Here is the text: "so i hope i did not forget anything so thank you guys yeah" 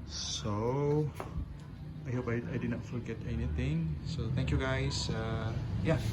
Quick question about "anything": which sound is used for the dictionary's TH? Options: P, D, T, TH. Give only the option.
T